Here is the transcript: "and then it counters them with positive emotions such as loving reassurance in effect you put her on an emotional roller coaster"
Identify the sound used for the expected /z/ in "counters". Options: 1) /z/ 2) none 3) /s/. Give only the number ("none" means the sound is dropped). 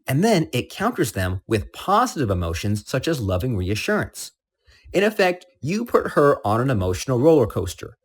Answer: 1